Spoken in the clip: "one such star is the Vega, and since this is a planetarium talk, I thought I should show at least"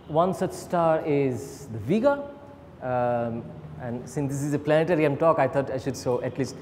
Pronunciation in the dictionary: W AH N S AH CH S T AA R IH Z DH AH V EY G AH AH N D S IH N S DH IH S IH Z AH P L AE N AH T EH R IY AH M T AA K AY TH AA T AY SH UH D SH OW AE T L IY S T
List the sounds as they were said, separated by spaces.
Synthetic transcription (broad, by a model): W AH N S AH CH S T AA R IH Z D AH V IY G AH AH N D S IH N S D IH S IH Z AH P L AE N AH T EH R IY AH M T AA K AY T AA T AY SH UH D S OW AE T L IY S T